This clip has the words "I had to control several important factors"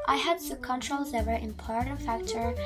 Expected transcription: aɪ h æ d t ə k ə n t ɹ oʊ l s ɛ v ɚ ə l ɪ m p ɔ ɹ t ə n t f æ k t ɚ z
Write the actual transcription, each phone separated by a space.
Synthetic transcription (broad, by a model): aɪ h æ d s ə k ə n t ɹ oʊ l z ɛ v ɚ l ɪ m p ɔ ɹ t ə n f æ k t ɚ